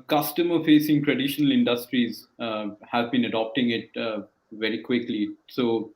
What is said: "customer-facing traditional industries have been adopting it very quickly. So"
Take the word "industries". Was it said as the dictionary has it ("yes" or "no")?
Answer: yes